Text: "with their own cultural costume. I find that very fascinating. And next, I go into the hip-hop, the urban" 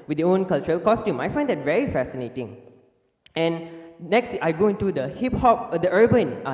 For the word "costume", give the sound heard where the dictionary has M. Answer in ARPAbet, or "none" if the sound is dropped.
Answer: M